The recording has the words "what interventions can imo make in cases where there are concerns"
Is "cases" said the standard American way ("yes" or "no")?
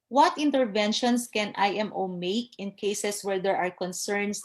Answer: no